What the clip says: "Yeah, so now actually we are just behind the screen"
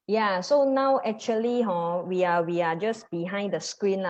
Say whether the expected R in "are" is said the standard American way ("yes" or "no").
no